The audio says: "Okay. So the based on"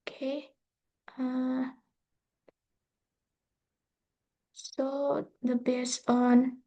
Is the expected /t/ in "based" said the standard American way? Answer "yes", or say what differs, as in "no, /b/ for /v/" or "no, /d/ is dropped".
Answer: no, /t/ is dropped